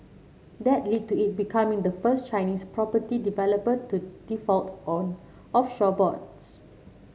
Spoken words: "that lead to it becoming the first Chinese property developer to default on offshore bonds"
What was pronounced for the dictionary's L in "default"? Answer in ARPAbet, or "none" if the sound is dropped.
L